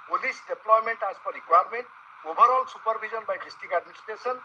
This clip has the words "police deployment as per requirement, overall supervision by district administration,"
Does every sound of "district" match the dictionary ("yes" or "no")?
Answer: no